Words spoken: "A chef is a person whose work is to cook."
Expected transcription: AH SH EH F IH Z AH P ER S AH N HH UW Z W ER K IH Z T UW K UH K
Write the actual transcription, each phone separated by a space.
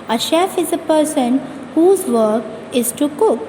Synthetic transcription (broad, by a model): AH SH EH F IH Z AH P ER S AH N HH UW Z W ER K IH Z T UW K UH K